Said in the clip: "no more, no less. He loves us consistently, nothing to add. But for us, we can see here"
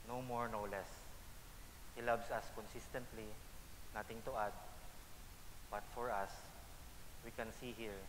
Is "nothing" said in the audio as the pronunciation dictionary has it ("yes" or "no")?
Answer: no